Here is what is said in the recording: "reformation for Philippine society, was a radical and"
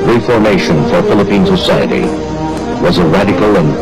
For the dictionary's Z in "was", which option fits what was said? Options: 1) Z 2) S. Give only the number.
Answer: 1